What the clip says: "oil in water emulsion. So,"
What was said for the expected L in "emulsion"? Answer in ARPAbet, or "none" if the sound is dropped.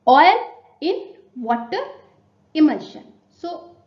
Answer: none